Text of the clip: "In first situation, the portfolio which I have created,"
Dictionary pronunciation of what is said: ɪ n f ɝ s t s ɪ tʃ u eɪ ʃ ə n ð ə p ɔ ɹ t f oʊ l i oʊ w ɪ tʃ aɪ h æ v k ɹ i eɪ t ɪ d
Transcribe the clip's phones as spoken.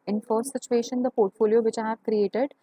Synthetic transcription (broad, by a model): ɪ n f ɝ t s ɪ tʃ u eɪ ʃ ə n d ə p ɔ ɹ t f oʊ l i oʊ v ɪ tʃ aɪ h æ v k ɹ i eɪ t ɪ d